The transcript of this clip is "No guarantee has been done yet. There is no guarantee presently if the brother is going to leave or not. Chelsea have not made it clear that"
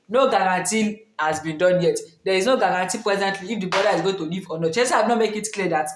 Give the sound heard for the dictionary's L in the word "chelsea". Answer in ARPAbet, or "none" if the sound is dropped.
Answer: none